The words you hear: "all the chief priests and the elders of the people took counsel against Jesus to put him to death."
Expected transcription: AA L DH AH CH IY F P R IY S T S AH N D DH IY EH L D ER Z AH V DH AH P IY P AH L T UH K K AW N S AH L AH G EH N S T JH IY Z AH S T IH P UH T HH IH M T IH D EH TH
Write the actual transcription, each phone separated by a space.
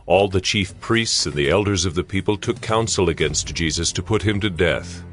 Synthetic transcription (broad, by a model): AA L DH AH CH IY F P R IY S T S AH N DH IY EH L D ER Z AH V DH AH P IY P AH L T UH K K AW N S L AH G EH N S T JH IY Z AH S T IH P UH T HH IH M T IH D EH TH